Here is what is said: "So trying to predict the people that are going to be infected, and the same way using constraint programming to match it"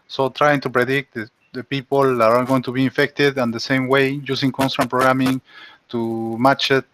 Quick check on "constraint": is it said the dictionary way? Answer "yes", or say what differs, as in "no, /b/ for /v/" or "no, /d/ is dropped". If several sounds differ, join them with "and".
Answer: no, /ɹ/ is dropped